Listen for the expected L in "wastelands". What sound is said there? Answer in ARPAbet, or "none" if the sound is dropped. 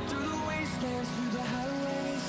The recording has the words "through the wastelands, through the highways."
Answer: none